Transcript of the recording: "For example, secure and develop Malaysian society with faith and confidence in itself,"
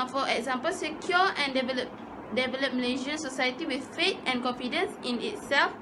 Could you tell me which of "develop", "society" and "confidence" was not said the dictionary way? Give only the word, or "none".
none